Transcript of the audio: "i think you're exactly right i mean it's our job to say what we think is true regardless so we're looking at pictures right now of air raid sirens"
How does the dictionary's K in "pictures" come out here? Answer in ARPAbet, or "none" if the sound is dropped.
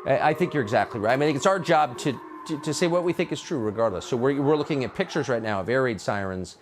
K